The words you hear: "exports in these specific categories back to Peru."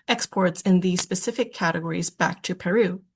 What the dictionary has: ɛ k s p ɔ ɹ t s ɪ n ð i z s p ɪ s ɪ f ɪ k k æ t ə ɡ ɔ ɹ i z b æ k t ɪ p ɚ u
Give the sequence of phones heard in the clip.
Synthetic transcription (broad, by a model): ɛ k s p ɔ ɹ t s ɪ n ð i z s p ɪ s ɪ f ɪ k k æ t ə ɡ ɔ ɹ i z b æ k t ɪ p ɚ u